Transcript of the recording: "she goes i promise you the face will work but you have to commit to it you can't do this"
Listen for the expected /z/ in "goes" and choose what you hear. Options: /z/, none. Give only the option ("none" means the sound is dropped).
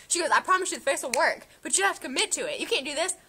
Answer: /z/